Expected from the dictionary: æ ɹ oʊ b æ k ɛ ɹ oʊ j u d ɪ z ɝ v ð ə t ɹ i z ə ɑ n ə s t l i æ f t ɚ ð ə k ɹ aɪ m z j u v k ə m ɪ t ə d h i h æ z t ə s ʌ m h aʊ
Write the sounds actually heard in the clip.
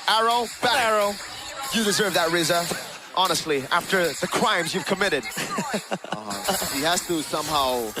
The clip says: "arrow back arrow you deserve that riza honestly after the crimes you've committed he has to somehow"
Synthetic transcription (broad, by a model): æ ɹ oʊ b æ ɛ ɹ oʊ j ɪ d ɪ z ɝ v ð ə t ɹ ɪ z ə ɑ n ə s t l i æ f t ɚ ð ə k ɹ aɪ m z j u v k ə m ɪ t ə d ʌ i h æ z t ə s ʌ m h aʊ